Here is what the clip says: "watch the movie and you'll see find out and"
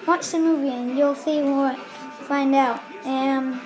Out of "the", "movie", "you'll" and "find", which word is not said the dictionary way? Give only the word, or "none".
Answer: none